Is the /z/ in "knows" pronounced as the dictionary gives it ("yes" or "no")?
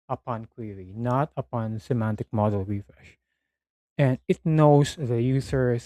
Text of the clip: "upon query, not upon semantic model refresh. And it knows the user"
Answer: no